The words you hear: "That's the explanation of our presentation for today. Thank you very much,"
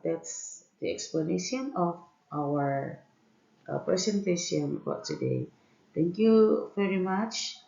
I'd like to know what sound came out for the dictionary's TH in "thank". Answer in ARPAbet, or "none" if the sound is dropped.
T